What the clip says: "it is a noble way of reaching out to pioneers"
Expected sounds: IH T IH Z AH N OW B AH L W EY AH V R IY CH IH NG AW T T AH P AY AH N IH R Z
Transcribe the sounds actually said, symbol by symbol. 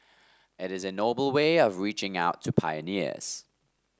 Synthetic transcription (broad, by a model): IH T IH Z AH N OW B AH L W EY AH V R IY CH IH NG AW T T AH P AY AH N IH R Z